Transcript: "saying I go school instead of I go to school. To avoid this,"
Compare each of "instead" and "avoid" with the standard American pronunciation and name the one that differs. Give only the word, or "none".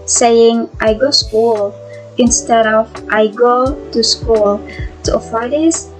avoid